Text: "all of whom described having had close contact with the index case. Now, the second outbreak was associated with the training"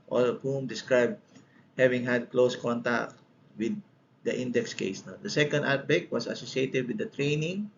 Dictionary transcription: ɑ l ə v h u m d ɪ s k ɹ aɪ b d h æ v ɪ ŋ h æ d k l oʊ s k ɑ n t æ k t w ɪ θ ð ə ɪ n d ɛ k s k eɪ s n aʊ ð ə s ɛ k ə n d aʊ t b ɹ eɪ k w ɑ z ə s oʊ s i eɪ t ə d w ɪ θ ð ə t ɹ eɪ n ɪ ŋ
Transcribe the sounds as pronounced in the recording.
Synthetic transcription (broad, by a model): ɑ l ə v h u m d ɪ s k ɹ aɪ b d h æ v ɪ ŋ h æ d k l oʊ s k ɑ n t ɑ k t w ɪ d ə ɪ n d ɛ k s k eɪ s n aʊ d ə s ɛ k ə n d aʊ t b eɪ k w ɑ s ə s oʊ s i eɪ t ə d w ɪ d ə t ɹ eɪ n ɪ ŋ